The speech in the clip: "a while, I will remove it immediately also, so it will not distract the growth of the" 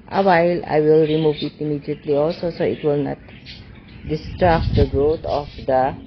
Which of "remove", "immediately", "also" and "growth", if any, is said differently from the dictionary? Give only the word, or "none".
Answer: growth